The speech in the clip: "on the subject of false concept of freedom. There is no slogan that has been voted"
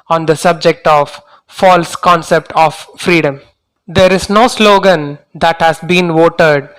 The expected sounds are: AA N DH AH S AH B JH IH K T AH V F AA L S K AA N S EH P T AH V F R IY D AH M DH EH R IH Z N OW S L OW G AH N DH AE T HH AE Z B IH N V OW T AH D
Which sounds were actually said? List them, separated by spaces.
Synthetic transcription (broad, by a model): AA N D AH S AH B JH IH K T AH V F AA L S K AA N S EH P T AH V F R IY D AH M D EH R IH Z N OW S L OW G AH N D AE T HH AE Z B IH N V OW T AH D